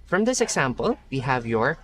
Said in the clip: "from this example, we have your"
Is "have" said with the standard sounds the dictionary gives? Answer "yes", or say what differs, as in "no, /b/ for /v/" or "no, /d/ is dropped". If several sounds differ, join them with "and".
yes